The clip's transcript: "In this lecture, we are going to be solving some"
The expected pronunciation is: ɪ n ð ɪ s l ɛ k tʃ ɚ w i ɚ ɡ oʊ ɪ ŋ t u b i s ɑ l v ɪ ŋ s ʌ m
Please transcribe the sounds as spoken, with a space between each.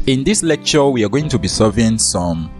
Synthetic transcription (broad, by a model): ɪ n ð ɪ s l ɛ k tʃ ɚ w i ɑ ɡ oʊ ɪ ŋ t u b i s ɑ v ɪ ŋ s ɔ m